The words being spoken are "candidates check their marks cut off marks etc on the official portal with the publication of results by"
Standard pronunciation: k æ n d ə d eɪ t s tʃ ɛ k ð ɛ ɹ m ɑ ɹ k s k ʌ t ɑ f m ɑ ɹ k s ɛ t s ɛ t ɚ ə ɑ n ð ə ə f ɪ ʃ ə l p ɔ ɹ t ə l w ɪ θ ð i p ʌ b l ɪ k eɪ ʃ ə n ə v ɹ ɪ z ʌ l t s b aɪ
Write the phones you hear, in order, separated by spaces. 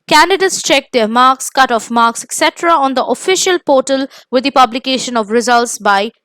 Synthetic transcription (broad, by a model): k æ n d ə d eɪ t s tʃ ɛ k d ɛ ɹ m ɑ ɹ k s k ʌ t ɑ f m ɑ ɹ k s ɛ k s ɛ t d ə ɑ n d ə ə f ɪ ʃ ə l p ɔ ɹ t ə l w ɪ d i p ʌ b l ɪ k eɪ ʃ ə n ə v ɹ ɪ z ʌ l t s b aɪ